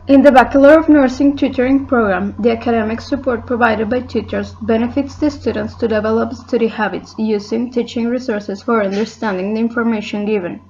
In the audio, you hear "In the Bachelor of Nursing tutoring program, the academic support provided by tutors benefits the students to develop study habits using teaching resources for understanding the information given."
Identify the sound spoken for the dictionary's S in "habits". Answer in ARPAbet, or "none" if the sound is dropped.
S